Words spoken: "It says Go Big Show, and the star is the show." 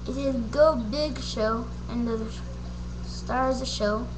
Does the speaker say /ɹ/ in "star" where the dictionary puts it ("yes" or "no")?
yes